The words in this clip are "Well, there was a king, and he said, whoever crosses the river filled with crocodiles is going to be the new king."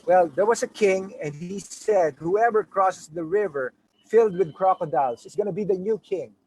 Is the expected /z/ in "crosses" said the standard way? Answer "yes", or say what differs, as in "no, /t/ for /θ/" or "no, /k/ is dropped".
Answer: no, /s/ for /z/